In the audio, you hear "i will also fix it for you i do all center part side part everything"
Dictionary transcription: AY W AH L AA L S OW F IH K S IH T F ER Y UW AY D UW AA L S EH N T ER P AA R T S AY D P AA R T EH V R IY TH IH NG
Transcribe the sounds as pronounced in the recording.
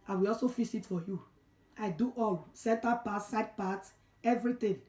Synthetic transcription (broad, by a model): AY W AH L AA L S OW F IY S IH T F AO Y UW AY D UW AA L S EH N T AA P AA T S AY D P AA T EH V R IY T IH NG